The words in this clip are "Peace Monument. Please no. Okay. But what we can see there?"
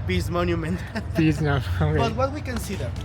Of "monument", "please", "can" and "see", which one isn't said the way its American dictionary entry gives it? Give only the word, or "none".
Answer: please